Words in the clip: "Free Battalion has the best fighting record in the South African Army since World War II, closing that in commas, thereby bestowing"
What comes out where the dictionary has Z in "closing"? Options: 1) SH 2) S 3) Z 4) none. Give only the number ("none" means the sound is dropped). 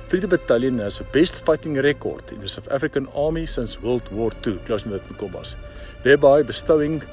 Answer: 2